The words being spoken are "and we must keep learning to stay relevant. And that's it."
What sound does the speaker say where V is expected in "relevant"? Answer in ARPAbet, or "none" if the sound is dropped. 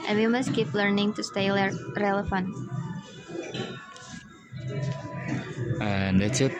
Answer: F